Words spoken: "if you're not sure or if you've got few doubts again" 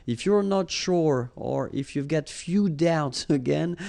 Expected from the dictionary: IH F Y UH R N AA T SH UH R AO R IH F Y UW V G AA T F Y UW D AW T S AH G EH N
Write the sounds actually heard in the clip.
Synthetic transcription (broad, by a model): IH F Y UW R N AA T SH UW R AO R IH F Y UW V G AA T F Y UW D AW T S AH G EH N